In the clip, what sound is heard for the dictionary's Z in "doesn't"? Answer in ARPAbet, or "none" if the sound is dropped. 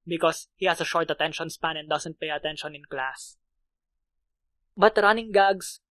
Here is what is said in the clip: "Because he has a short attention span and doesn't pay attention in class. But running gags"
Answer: S